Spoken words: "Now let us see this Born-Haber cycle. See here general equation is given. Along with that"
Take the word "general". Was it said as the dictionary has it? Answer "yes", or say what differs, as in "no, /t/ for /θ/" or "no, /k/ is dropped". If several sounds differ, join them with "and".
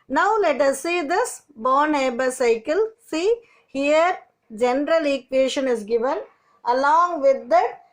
yes